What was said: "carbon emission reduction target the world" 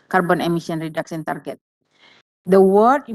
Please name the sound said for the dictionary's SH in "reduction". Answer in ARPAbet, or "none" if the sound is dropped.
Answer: S